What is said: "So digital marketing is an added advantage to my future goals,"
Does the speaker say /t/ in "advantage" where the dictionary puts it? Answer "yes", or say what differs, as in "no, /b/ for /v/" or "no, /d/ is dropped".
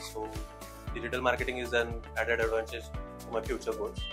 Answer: no, /s/ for /t/